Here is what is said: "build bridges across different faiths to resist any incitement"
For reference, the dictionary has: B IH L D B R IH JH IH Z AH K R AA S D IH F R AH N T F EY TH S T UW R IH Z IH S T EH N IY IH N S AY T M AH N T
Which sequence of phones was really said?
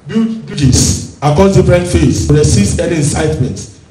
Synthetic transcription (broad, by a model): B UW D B UW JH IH S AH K AA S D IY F R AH N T F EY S T UW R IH S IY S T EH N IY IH N S AY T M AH N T